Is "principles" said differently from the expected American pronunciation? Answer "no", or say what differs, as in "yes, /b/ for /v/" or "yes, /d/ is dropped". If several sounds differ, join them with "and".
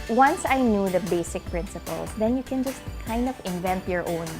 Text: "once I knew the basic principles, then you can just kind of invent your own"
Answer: yes, /s/ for /z/